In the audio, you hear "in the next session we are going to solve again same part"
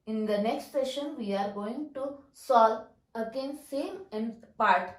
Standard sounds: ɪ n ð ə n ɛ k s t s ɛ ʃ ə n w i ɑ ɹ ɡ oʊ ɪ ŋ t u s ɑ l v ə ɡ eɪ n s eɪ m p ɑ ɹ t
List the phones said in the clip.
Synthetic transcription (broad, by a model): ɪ n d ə n ɛ k s t s ɛ ʃ ə n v i ɑ ɹ ɡ oʊ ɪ ŋ t u s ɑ l ə ɡ eɪ n s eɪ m p ɑ ɹ t